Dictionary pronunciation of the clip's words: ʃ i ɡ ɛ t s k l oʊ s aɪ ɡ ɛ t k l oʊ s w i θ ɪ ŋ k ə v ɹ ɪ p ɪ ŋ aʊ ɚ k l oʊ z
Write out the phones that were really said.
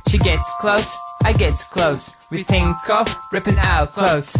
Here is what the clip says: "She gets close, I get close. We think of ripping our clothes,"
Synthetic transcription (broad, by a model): ʃ i ɡ ɛ t s k l oʊ s aɪ ɡ ɛ t k l oʊ s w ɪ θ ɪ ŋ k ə f ɹ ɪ p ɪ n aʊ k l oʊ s